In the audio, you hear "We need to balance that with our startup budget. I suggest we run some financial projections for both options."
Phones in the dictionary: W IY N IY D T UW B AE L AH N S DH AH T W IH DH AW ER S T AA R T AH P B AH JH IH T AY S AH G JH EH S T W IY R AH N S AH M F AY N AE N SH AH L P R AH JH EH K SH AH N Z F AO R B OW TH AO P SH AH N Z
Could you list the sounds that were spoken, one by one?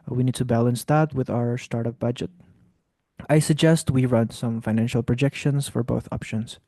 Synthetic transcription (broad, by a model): W IY N IY D T UW B AE L AH N S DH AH T W IH DH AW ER S T AA R T AH P B AH JH IH T AY S AH G JH EH S T W IY R AH N S AH M F AY N AE N SH AH L P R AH JH EH K SH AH N S F AO R B OW TH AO P SH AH N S